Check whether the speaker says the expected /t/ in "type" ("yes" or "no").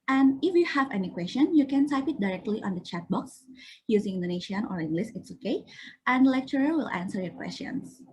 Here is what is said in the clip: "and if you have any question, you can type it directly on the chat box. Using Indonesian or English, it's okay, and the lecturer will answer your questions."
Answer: no